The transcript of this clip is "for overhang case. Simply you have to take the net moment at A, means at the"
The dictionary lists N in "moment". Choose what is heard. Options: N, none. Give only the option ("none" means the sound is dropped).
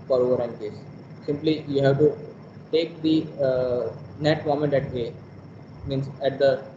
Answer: N